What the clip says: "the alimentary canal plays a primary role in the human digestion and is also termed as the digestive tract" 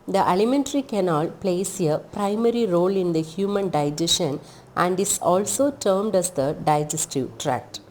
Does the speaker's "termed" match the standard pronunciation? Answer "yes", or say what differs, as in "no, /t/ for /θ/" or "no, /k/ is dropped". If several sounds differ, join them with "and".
yes